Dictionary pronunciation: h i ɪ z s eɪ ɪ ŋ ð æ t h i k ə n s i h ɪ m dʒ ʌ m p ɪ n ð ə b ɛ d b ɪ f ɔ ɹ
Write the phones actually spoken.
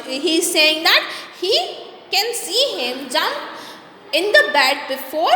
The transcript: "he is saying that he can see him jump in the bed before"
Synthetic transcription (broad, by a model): h i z s eɪ ɪ ŋ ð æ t h i k ə n s i h ɪ m dʒ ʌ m ɪ n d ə b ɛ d b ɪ f ɔ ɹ